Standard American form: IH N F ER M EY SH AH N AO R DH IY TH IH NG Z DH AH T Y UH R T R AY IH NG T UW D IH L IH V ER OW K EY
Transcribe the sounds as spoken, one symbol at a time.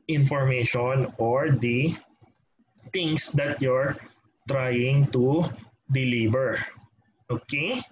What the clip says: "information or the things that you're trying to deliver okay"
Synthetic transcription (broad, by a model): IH N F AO M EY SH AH N AO R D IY T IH NG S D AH T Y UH R T R AY IH NG T UW D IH L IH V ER OW K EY